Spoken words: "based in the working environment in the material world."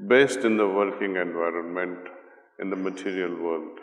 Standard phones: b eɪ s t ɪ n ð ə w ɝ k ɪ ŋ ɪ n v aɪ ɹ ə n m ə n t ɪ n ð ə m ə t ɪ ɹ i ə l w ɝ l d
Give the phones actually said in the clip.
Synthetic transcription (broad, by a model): b eɪ s t ɪ n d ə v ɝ k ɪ ŋ ɪ n v aɪ ɹ ə n m ə n t ɪ n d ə m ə t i ɹ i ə l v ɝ l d